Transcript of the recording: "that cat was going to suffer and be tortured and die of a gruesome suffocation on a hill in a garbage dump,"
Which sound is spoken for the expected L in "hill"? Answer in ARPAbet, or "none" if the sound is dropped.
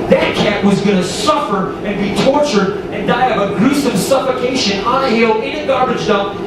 L